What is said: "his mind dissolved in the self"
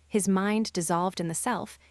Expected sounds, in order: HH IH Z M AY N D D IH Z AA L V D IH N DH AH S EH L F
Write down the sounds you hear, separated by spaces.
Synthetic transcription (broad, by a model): HH IH Z M AY N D D IH Z AA L V D IH N DH AH S EH L F